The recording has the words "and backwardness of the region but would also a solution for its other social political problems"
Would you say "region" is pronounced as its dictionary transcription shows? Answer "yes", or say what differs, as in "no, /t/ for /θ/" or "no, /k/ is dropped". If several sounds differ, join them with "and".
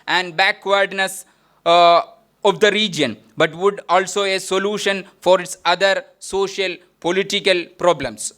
yes